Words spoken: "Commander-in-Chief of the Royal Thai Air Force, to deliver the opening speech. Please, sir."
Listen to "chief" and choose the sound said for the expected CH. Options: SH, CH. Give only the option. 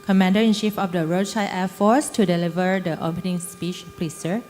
SH